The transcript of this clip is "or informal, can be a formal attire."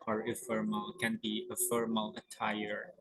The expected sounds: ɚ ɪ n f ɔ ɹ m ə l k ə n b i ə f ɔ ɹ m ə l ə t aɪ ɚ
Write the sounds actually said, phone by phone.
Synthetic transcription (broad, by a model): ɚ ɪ f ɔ ɹ m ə l k ə n b i ə f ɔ ɹ m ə l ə t aɪ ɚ